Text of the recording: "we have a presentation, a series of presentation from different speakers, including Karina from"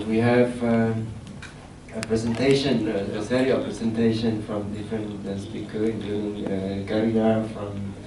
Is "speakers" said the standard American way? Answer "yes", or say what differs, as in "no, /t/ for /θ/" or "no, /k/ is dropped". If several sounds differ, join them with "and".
no, /z/ is dropped